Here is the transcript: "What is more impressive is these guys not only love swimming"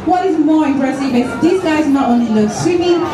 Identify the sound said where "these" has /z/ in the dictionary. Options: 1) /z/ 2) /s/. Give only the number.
2